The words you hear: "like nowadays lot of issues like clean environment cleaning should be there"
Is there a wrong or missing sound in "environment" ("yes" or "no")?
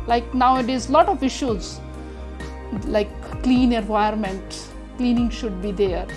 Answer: yes